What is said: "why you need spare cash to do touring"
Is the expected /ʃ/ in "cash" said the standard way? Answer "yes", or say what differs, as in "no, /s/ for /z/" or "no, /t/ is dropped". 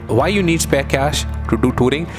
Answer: yes